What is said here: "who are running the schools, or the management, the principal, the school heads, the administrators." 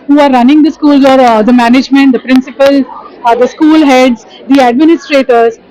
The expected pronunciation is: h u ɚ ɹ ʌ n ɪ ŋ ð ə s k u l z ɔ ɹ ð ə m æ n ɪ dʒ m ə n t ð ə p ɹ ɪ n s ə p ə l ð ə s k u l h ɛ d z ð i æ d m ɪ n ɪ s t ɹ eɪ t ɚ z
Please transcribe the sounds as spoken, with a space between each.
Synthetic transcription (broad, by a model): h u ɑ ɹ ʌ n ɪ ŋ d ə s k u l z ɔ ɹ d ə m æ n ɪ dʒ m ə n t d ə p ɹ ɪ n s ə p ə l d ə s k u l h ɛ d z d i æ d m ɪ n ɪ s t ɹ eɪ t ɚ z